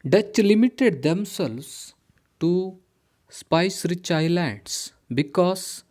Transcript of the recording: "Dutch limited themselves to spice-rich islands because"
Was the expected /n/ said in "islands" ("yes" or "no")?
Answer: no